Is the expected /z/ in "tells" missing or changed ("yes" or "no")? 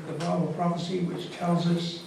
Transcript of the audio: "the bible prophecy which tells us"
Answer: no